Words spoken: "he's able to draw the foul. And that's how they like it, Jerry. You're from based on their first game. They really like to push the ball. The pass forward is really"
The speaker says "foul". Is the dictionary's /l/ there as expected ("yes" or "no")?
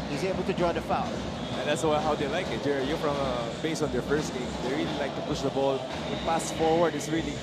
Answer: no